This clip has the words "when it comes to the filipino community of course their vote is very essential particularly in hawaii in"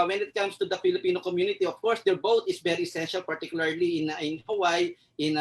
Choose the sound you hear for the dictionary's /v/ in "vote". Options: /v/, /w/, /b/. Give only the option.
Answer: /b/